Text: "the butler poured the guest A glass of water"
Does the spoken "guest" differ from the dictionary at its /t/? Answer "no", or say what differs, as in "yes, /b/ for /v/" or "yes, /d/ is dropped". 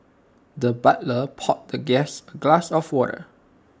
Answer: yes, /t/ is dropped